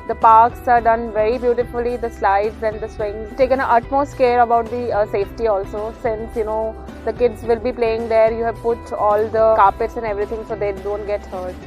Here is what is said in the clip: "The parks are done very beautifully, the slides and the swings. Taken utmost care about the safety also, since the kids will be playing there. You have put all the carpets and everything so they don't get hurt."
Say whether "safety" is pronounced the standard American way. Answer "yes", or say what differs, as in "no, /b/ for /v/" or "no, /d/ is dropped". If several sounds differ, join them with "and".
yes